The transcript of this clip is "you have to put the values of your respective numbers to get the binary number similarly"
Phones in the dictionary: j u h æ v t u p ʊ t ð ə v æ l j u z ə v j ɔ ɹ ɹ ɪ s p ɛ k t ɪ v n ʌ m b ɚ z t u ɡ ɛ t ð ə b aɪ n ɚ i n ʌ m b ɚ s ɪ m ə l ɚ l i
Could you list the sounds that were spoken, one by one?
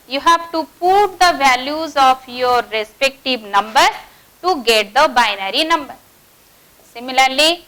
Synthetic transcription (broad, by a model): j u h æ v t u p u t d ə v æ l j u z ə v j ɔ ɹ ɹ ɪ s p ɛ k t ɪ v n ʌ m b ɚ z t u ɡ ɛ t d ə b aɪ n ɚ i n ʌ m b ɚ s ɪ m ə l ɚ l i